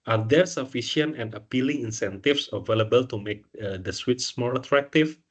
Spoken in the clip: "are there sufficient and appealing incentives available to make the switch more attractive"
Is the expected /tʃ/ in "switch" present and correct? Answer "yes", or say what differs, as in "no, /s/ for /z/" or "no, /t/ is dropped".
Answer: no, /s/ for /tʃ/